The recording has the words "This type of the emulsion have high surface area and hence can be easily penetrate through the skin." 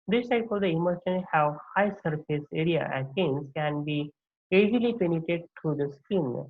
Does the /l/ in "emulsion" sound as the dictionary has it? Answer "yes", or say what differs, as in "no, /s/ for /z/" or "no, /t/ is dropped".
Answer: no, /l/ is dropped